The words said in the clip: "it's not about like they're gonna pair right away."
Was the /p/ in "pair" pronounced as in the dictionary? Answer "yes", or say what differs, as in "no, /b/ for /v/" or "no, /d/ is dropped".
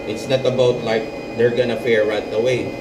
no, /f/ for /p/